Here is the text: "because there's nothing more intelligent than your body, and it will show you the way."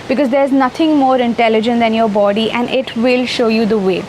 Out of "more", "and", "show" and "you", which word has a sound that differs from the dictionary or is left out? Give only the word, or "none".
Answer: none